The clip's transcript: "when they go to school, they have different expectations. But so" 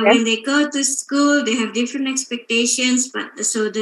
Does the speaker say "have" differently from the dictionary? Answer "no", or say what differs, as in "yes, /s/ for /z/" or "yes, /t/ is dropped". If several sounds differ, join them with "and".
no